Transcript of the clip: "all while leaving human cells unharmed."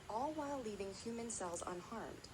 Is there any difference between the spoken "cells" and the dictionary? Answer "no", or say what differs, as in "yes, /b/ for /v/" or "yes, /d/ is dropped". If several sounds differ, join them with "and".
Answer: no